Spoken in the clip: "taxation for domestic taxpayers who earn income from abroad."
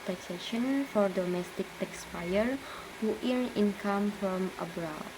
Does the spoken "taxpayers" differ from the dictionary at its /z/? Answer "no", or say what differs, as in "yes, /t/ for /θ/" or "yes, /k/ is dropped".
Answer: yes, /z/ is dropped